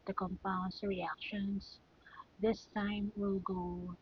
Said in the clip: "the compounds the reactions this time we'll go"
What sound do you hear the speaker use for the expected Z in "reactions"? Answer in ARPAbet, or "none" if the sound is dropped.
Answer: S